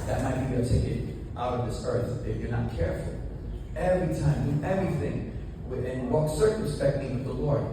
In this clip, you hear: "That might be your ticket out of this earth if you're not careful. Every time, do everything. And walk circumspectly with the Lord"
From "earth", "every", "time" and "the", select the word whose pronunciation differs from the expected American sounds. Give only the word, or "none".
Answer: none